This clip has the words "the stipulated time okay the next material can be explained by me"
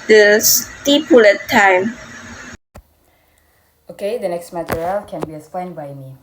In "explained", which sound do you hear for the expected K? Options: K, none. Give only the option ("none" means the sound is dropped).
none